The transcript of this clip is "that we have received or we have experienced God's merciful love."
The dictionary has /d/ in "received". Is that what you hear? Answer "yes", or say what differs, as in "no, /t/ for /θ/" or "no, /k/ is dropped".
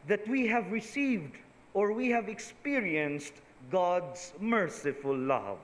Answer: yes